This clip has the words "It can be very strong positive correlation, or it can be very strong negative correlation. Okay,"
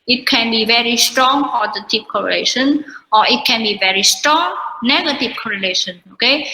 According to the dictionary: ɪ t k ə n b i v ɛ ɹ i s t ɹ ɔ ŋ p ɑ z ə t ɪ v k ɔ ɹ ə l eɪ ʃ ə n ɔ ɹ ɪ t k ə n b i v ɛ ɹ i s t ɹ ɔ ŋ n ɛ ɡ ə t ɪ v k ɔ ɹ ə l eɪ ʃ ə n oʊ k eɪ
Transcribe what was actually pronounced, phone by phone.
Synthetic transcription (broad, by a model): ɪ t k ə n b i v ɛ ɹ i s t ɹ ɔ ŋ f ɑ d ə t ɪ p k ɔ ɹ ə l eɪ ʃ ə n ɔ ɹ ɪ t k ə n b i v ɛ ɹ i s t ɹ ɔ ŋ n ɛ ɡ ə t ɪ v k ɔ ɹ ə l eɪ ʃ ə n oʊ k eɪ